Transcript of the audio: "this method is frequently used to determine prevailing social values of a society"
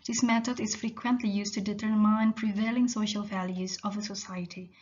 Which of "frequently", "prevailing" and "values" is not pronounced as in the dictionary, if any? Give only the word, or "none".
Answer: none